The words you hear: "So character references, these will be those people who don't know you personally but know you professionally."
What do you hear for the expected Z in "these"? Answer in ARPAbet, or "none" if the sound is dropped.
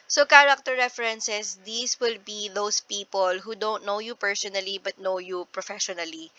S